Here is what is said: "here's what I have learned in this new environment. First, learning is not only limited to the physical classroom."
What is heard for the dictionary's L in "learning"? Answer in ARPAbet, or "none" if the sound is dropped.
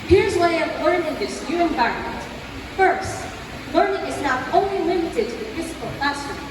L